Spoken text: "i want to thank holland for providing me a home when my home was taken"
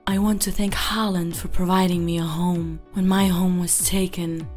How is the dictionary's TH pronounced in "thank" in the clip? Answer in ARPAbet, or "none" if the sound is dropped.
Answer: TH